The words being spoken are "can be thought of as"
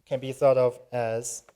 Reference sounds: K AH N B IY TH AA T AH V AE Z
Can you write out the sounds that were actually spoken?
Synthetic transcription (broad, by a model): K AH N B IY TH AA T AH V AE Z